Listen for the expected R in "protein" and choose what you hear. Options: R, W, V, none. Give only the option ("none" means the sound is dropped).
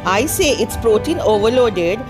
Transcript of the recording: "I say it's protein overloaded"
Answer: R